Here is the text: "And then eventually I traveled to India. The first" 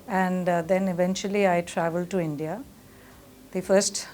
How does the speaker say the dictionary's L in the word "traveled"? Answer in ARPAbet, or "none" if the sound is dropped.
L